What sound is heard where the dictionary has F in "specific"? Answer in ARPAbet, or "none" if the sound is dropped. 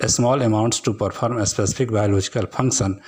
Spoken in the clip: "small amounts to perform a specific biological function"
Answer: P